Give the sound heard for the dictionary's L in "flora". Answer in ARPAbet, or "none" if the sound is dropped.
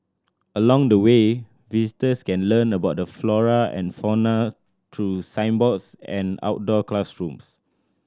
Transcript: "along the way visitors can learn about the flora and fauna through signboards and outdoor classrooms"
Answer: L